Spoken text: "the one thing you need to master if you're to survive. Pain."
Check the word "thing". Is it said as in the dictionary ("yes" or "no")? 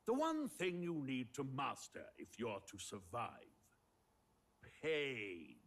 yes